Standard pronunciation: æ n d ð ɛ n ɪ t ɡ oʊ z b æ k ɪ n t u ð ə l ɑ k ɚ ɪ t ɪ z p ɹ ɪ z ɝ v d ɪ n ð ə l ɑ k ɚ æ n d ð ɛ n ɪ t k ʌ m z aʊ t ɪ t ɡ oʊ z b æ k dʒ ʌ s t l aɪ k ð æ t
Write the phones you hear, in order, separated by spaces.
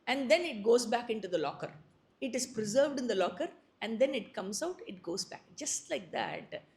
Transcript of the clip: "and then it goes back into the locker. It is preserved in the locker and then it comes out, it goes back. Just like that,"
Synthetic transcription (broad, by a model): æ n d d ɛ n ɪ t ɡ oʊ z b æ k ɪ n t u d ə l ɑ k ɚ ɪ t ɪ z p ɹ ɪ z ɝ v d ɪ n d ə l ɑ k ɚ æ n d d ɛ n ɪ t k ʌ m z aʊ t ɪ t ɡ oʊ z b æ k dʒ ʌ s t l aɪ k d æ t